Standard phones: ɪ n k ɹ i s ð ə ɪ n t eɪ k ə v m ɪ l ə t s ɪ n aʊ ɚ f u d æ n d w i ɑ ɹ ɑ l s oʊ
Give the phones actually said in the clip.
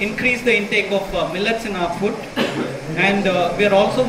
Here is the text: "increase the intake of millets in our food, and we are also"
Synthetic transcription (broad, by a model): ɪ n k ɹ i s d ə ɪ n t eɪ k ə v m ɪ l ə t s ɪ n aʊ ɚ f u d æ n d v i ɑ ɹ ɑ l s oʊ